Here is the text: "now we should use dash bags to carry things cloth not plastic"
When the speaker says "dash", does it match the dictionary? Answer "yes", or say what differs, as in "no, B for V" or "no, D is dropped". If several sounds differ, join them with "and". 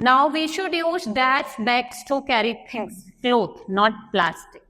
no, S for SH